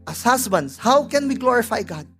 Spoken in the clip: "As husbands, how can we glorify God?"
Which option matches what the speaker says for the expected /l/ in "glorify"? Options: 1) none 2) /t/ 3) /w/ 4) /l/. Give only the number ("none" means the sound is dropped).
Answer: 4